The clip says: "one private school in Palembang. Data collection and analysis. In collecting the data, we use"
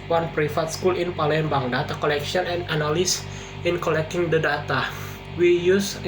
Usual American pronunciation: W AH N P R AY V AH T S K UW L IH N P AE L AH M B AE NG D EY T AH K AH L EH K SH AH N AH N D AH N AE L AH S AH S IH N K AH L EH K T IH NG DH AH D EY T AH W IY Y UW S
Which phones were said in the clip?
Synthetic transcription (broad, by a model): W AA N P R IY F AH T S K UW L IH N P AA L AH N B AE NG D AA T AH K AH L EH K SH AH N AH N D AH N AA L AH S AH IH N K AH L EH K T IH NG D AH D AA T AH W IY Y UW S